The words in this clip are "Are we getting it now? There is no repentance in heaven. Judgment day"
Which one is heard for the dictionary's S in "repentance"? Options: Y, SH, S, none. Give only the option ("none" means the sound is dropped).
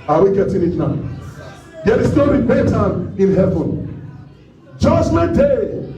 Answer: none